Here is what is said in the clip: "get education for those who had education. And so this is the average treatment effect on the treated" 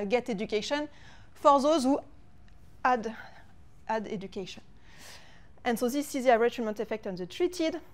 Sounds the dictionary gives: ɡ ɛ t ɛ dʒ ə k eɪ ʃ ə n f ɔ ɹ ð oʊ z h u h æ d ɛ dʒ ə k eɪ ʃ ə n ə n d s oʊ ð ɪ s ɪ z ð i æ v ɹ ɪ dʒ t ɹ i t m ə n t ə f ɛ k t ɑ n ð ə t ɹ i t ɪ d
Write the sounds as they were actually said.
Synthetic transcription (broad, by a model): ɡ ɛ t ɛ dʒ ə k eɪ ʃ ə n f ɔ ɹ ð oʊ z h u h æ d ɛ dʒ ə k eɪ ʃ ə n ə n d s oʊ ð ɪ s ɪ z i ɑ ɹ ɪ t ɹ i m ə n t ə f ɛ k t ɑ n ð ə t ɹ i t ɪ d